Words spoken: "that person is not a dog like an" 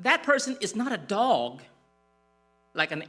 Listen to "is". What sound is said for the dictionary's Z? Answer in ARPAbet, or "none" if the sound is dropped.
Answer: Z